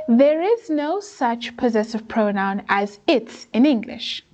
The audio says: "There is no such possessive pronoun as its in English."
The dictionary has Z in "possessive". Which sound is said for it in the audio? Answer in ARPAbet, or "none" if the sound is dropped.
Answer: Z